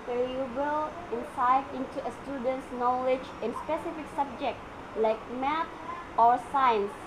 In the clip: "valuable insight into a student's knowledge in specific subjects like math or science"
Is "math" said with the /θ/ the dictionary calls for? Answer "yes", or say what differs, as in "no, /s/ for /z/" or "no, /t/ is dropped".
no, /t/ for /θ/